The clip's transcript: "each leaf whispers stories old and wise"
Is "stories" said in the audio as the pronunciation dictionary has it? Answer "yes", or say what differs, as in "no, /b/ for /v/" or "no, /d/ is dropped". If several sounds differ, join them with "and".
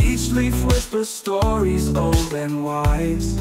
yes